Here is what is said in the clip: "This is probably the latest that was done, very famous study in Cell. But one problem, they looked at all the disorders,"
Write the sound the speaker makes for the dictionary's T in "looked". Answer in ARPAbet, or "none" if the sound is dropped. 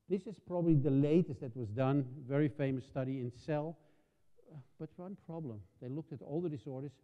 T